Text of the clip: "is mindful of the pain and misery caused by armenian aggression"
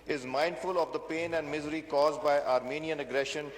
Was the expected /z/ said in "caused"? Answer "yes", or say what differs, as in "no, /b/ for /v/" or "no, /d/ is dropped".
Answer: yes